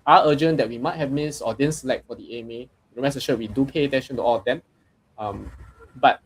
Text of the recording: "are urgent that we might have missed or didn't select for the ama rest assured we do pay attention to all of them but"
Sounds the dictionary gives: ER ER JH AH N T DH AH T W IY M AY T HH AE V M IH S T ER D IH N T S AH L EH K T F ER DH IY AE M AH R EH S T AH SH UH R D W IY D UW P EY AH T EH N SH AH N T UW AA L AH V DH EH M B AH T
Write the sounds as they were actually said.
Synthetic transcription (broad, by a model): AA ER JH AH N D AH T W IY M AY T HH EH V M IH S AO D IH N S AH L EH K T F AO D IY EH M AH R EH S AH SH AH W IY D UW P EY AH T EH N SH AH N T UW AA L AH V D EH M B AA T